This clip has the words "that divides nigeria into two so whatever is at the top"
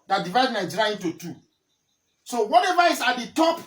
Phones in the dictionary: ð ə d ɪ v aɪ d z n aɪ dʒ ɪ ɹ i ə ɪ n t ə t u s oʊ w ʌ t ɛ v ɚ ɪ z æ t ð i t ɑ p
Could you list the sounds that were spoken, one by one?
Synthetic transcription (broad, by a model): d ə d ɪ v aɪ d n aɪ dʒ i ɹ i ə ɪ n t ə t u s oʊ w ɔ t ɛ v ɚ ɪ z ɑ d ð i t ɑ p